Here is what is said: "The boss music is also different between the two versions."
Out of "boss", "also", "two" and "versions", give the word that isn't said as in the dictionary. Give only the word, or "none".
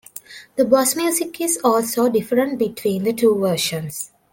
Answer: versions